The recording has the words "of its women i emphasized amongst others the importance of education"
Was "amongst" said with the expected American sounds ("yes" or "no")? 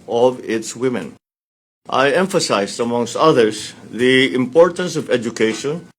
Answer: yes